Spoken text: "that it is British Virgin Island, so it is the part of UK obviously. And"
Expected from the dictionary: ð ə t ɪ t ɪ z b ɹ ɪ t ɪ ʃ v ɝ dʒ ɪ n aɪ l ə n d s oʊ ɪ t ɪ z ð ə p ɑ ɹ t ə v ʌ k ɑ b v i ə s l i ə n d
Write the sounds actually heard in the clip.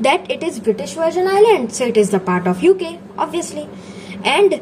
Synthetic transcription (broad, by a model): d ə t ɪ t ɪ z b ɹ ɪ t ɪ ʃ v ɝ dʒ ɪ n aɪ l ə n d s oʊ ɪ t ɪ z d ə p ɑ ɹ t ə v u k ɑ b v i ə s l i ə n d